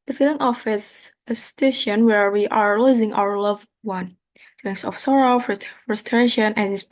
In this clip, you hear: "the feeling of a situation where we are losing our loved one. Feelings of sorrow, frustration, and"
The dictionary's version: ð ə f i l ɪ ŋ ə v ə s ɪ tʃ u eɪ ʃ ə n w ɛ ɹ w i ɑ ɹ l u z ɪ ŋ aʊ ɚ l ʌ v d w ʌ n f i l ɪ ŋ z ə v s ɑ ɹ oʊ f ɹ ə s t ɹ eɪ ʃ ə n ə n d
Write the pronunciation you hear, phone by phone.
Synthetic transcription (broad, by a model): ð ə f i l ɪ ŋ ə f ə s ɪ s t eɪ ʃ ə n w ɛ ɹ w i ɑ ɹ l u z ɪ ŋ aʊ ɚ l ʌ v w ʌ n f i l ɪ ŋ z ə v s ɑ ɹ oʊ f ɹ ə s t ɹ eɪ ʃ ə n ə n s